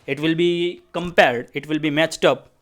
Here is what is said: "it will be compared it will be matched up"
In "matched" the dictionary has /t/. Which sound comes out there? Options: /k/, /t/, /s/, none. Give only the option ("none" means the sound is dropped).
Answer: /t/